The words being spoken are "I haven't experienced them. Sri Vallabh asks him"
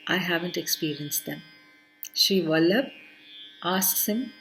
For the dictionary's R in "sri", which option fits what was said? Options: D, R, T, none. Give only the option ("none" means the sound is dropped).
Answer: none